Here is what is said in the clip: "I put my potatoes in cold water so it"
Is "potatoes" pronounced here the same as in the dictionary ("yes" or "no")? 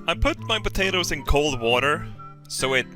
yes